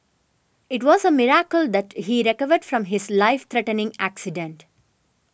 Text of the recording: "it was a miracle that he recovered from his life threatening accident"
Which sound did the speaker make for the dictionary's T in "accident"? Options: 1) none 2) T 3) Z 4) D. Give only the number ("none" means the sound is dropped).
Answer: 2